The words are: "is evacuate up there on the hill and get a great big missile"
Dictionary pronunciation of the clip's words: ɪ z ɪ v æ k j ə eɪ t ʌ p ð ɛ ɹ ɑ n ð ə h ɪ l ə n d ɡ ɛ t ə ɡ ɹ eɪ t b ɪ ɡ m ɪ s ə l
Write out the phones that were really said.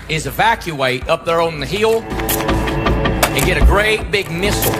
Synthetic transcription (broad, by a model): ɪ z ɪ v æ k j ə eɪ t ʌ p ð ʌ ɹ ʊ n ð ə h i l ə n ɡ ɛ t ə ɡ ɹ eɪ t b ɪ ɡ m ɪ s